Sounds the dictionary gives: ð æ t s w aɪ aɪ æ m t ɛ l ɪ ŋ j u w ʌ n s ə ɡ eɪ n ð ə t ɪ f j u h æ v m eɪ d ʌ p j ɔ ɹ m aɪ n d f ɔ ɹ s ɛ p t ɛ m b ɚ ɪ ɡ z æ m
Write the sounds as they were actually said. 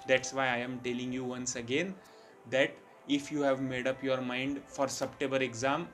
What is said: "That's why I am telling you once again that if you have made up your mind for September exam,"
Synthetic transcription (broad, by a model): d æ t s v aɪ aɪ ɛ m t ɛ l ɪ ŋ j u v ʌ n s ə ɡ eɪ n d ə t ɪ f j u h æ v m eɪ d ʌ p j ɔ ɹ m aɪ n d f ɔ ɹ s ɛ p t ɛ b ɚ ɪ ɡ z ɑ m